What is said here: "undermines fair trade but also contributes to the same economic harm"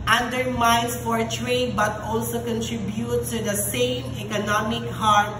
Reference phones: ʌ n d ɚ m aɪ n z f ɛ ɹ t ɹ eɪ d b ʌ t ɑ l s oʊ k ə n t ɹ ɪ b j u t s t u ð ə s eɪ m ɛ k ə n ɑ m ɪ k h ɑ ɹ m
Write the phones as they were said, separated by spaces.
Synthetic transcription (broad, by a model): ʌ n d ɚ m aɪ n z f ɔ ɹ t ɹ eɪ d b ʌ t ɑ l s oʊ k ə n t ɹ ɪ b j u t t u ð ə s eɪ m ɛ k ə n ɑ m ɪ k h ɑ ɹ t